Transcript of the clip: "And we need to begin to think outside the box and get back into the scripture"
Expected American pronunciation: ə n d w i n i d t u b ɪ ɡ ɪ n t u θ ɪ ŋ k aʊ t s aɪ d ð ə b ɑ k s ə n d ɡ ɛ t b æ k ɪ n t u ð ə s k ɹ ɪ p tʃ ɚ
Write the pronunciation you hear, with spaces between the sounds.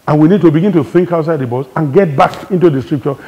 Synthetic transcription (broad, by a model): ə n w i n i d t u b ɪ ɡ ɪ n t u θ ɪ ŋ k aʊ t s aɪ d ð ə b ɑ s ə n ɡ ɛ t b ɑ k ɪ n t u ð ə s k ɹ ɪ p tʃ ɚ